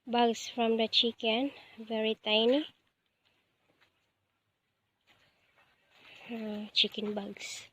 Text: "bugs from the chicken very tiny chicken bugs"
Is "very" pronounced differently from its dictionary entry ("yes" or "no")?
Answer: no